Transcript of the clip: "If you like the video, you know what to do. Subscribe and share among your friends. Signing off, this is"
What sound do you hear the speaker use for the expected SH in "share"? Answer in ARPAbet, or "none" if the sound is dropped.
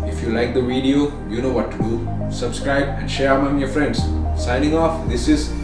SH